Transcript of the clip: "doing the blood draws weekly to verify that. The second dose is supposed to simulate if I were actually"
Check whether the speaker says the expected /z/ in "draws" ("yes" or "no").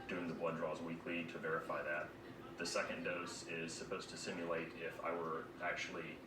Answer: yes